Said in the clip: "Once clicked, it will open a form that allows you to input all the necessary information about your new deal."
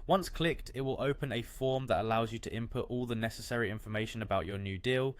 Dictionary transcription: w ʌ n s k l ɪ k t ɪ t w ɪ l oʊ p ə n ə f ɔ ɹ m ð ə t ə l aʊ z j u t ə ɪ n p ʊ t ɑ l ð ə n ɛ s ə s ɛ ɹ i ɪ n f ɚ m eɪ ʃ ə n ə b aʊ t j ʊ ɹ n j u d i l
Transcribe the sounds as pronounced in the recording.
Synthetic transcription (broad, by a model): w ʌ n s k l ɪ k t ɪ t w ɪ l oʊ p ə n ə f ɔ m ð ə t ə l aʊ z j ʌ t ə ɪ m p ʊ t ɑ l ð ə n ɛ s ə s ɛ ɹ i ɪ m f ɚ m eɪ ʃ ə n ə b aʊ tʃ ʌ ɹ n j u d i l